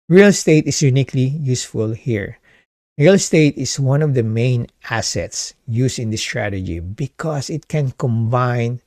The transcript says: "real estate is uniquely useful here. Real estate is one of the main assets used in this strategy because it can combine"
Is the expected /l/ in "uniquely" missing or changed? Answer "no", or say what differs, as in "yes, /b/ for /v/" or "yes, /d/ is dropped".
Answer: no